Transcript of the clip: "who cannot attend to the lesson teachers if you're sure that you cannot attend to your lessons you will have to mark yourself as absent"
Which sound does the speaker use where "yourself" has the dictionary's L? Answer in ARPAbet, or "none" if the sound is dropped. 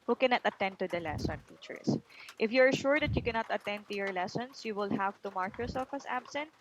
none